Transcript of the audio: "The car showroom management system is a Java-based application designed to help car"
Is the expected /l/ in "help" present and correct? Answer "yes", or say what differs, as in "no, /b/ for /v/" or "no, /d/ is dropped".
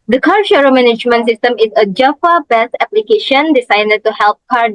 yes